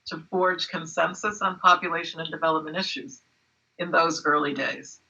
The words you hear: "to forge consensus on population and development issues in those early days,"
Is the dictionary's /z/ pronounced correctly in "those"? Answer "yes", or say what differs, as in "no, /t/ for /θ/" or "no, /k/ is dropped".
yes